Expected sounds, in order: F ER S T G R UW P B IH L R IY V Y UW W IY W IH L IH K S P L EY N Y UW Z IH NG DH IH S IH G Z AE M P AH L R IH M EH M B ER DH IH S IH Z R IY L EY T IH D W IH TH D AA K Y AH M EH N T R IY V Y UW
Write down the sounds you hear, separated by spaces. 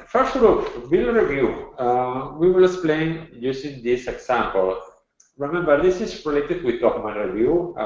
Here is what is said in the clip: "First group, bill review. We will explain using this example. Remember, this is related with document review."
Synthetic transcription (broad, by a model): F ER S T G R UW P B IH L R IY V Y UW W IY W IH L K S P L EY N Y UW S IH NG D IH S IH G S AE M P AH L R IH M EH M B ER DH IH S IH S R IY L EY T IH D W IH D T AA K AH M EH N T R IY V Y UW